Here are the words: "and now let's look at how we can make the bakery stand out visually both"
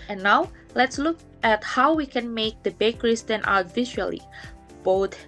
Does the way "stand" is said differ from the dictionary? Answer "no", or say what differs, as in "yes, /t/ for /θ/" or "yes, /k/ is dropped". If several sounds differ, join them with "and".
yes, /d/ is dropped